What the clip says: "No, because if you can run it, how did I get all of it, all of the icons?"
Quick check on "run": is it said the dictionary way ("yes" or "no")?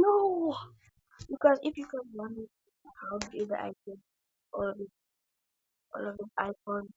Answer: no